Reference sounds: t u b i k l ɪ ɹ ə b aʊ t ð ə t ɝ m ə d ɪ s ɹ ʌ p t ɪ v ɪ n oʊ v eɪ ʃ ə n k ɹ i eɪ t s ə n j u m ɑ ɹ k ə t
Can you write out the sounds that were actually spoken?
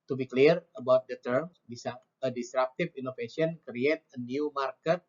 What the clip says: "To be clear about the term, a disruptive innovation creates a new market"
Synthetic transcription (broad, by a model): t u b i k l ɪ ɹ ə b aʊ t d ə t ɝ m ə d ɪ s ɹ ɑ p t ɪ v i n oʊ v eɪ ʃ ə n k ɹ i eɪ t ə n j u m ɑ ɹ k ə t